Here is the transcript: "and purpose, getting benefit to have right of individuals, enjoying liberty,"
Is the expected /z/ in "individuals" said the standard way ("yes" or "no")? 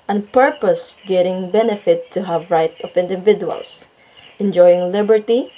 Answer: no